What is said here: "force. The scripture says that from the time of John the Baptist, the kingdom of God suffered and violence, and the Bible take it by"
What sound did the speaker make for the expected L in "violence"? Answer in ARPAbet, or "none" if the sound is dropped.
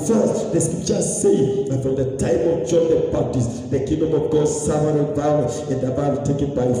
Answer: none